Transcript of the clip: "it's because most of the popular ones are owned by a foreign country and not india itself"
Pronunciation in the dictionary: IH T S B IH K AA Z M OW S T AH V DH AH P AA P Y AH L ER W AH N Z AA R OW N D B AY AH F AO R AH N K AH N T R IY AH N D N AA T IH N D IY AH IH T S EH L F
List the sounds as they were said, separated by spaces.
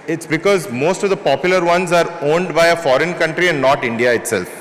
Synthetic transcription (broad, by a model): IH T S B IH K AA Z M OW S T AH V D AH P AA P Y AH L ER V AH N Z AA R OW N D B AY AH F AO R AH N K AH N T R IY AH N D N AA T IH N D IY AH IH T S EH L F